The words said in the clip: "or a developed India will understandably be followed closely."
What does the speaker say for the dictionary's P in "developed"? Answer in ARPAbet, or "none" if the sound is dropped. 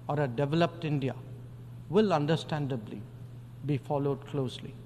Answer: P